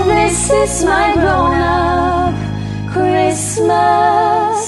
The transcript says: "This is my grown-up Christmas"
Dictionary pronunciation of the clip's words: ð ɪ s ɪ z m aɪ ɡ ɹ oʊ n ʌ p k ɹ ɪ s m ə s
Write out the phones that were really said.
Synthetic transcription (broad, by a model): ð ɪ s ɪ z m aɪ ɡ oʊ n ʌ k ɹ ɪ s m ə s